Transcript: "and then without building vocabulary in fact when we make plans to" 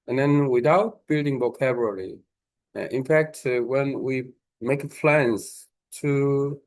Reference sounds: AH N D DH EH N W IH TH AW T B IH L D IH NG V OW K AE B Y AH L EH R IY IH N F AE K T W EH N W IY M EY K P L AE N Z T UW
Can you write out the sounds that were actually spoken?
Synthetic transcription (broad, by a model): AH N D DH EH N W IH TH AW T B IH L D IH NG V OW K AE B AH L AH L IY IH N F AE K T W EH N W IY M EY K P L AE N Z T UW